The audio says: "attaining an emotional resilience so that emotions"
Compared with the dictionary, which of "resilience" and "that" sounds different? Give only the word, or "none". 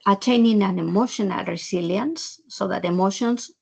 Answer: resilience